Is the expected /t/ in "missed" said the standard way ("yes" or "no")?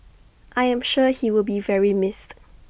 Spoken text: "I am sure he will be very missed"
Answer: yes